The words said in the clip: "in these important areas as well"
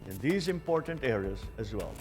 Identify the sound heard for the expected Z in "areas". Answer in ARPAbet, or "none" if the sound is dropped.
Z